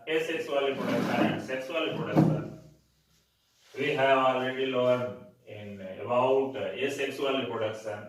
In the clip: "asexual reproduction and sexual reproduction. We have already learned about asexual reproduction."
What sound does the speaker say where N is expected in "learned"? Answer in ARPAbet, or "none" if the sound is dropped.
none